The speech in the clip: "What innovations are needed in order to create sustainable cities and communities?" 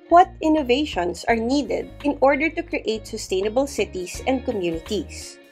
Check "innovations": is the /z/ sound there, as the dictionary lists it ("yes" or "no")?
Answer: no